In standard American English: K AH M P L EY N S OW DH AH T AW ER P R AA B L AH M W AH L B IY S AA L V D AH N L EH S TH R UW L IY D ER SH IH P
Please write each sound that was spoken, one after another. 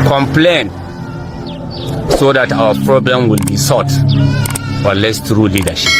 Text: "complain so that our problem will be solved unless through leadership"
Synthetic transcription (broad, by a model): K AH M P L EY N S OW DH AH T AW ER P R AA B L AH M W AH L B IY S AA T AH L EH S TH R UW L IY D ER SH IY P